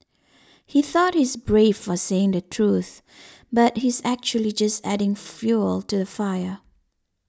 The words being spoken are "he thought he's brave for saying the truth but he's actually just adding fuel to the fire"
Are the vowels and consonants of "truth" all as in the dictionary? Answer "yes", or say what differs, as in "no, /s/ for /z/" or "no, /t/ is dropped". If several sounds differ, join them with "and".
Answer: yes